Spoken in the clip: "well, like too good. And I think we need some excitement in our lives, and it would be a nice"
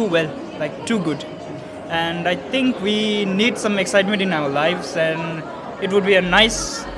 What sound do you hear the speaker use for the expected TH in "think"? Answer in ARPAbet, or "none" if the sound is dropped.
T